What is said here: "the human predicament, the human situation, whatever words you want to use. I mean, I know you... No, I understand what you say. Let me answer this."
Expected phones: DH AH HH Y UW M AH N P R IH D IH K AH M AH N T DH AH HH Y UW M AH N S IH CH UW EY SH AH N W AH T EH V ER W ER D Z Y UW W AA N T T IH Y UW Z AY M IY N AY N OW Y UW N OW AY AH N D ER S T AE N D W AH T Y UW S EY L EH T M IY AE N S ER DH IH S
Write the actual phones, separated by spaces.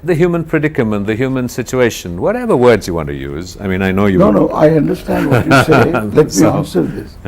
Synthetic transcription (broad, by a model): DH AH HH Y UW M AH N P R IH D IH K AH M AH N DH AH HH Y UW M AH N S IH CH UW EY SH AH N W AH T EH V ER W ER D Z Y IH W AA N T T IH Y UW Z AY M IY N AY N OW Y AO N OW AY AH N D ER S T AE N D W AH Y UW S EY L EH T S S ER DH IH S